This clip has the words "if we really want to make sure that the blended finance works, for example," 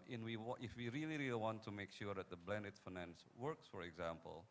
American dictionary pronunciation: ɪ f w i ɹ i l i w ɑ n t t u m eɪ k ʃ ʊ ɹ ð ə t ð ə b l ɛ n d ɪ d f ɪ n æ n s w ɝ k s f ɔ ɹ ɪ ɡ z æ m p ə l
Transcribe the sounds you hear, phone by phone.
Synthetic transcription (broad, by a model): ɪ f w i ɹ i l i w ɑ n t t u m eɪ k ʃ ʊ ɹ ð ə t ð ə b l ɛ n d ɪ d f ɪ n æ n s w ɝ k s f ɔ ɹ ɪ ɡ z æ m p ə l